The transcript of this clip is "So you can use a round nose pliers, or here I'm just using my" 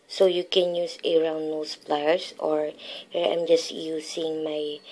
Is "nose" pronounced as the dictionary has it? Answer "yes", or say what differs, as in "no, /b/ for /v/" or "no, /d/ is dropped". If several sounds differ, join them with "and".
no, /s/ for /z/